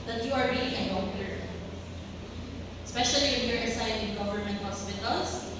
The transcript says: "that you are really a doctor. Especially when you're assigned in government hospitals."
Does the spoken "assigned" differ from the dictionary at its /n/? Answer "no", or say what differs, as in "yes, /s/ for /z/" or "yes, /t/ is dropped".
yes, /n/ is dropped